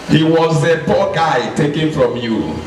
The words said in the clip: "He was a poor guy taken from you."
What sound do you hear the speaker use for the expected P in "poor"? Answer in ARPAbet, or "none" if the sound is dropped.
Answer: B